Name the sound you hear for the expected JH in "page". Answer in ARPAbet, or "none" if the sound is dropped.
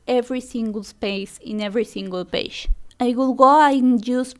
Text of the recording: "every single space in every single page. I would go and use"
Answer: SH